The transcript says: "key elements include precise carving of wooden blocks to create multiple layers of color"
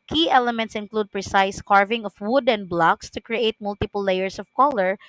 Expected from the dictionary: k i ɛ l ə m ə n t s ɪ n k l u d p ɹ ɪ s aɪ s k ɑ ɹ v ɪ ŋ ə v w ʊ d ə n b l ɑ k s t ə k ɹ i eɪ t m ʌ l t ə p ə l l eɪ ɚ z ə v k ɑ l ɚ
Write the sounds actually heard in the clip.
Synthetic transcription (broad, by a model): k i ɛ l ə m ə n t s ɪ n k l u d p ɹ ɪ s aɪ s k ɑ ɹ v ɪ ŋ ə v w ʊ d ə n b l ɑ k s t ə k ɹ i eɪ t m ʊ l t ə p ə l l eɪ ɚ s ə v k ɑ l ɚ